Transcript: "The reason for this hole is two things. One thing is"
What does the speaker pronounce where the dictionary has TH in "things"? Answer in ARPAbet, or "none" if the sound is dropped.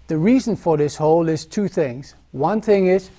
TH